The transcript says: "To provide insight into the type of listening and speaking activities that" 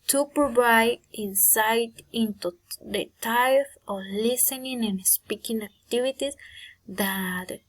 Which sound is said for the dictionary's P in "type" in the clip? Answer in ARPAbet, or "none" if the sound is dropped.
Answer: F